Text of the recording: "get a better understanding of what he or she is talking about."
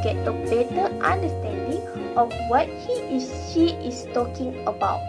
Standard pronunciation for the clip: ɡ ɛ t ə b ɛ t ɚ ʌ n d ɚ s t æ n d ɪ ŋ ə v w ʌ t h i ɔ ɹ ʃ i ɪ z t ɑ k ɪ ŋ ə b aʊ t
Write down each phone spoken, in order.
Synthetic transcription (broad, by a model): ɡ ɛ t ə b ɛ t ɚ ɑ n d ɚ s t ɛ n d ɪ ŋ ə f w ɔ t h i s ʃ i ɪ s t ɑ k ɪ ŋ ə b aʊ t